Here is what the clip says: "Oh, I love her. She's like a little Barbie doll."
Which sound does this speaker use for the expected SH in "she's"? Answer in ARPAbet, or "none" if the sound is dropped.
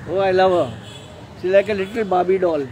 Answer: S